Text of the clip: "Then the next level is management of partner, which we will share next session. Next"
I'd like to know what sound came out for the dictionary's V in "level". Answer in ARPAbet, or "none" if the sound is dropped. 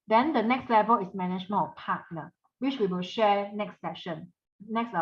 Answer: V